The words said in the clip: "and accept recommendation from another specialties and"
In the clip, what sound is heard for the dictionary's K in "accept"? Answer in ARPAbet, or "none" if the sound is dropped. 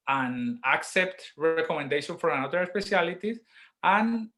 K